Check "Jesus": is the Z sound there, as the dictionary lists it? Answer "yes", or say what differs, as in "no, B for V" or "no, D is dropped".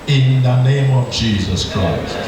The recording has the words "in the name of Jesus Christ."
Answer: yes